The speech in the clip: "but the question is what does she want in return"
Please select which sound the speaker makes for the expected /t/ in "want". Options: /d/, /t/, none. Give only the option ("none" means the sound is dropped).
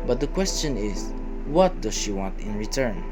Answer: /t/